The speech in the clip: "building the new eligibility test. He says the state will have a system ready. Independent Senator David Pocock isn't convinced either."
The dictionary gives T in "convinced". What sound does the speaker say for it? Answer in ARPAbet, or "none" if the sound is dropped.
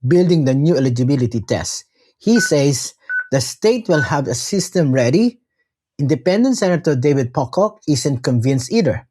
none